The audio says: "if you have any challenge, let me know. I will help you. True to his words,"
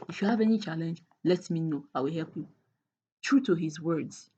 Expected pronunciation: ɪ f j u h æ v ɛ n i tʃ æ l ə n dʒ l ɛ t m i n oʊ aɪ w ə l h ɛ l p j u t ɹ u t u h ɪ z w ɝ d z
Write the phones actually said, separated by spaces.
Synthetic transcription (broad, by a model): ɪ f j u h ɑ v ɛ n i tʃ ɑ l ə n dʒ l ɛ t m i n oʊ aɪ w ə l h ɛ l p j u t ɹ u t u h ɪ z w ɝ d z